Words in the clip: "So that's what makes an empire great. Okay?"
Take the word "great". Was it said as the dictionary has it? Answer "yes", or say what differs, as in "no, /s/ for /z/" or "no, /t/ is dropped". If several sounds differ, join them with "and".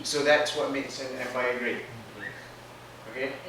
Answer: no, /t/ is dropped